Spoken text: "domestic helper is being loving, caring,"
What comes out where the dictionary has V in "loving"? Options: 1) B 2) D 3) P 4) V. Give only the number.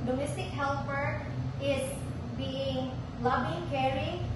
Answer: 1